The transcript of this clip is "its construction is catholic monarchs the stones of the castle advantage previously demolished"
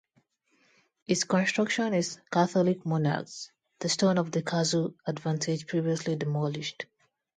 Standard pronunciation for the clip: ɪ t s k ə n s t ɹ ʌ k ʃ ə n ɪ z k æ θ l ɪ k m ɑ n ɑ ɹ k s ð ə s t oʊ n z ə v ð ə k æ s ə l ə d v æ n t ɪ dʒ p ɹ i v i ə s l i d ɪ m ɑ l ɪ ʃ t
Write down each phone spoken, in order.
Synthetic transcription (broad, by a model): ɪ t s k ə n s t ɹ ʌ k ʃ ə n ɪ z k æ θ l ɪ k m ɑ n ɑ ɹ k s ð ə s t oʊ n ə v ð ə k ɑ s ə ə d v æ n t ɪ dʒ p ɹ i v i ə s l i d ɪ m ɑ l ɪ ʃ t